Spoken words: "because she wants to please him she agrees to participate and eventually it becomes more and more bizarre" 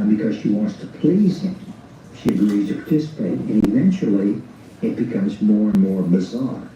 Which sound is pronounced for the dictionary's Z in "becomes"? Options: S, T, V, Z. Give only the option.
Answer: Z